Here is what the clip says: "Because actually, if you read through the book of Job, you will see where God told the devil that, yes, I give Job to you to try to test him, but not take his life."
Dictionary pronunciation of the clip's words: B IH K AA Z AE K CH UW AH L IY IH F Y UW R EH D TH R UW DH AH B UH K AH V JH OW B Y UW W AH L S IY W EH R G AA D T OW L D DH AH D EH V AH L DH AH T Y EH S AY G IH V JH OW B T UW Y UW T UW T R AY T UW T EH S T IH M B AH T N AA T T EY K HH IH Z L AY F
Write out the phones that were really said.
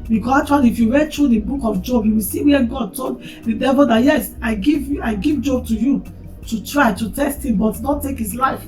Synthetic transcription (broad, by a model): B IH K AA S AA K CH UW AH L IY F Y UW R EH D T R UW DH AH B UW K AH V JH OW B Y UW W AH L S IY W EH G AA D T OW L D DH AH D EH V AH L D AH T Y EH S AY G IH V JH OW B T UW Y UW T UW T R AY T UW T EH S T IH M B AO T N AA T T EY K HH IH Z L AY F